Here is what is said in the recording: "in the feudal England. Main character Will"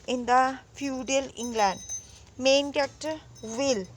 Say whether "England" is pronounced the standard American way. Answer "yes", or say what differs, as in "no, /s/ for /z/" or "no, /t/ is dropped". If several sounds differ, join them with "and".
yes